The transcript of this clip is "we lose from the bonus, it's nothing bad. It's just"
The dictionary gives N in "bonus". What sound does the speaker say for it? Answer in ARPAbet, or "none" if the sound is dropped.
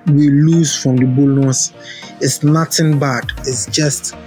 L